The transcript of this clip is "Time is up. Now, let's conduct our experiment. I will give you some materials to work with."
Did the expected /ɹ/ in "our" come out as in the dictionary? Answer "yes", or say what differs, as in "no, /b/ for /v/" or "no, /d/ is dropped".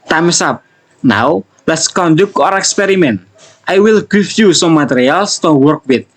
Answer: yes